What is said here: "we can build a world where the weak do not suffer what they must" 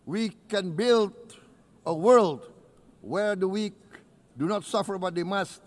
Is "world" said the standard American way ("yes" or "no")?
yes